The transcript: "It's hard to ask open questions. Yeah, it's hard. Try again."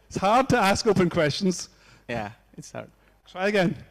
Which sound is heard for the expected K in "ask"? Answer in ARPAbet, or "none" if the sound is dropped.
K